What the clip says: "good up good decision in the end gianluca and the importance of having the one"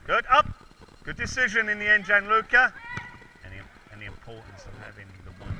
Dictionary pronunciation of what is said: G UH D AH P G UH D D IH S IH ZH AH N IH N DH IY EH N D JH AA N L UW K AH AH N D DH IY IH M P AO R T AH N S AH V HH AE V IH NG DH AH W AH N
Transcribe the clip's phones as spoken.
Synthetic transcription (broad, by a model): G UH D AH P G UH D D IH S IH ZH AH N IH N DH IY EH N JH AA N L UW K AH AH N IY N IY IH P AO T N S AH V HH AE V IH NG DH AH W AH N